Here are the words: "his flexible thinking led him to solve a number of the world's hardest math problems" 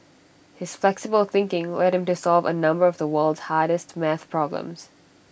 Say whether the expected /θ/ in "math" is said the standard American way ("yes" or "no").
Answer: yes